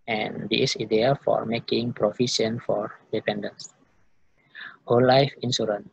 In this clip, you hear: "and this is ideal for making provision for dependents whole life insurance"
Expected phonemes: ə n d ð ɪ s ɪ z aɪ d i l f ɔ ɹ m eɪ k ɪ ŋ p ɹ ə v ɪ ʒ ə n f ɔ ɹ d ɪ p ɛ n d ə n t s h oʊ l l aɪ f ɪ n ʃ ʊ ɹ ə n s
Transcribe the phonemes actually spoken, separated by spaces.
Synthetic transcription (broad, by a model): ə n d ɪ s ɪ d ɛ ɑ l f ɔ ɹ m eɪ k ɪ ŋ p ɹ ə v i s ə n f ɔ ɹ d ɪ p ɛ n d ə n s h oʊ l l aɪ f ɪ n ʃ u ɹ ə n